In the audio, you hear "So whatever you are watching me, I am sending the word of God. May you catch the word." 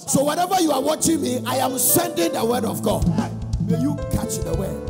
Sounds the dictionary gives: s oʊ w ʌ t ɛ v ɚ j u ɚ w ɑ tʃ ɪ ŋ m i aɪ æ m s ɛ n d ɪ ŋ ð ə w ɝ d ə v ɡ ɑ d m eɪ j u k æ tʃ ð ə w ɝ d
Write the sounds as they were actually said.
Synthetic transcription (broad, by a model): s oʊ w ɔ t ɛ v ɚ j u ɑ w ɑ tʃ ɪ ŋ m i aɪ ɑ m s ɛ n d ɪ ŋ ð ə w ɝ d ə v ɡ ɑ d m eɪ j u k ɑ tʃ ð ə w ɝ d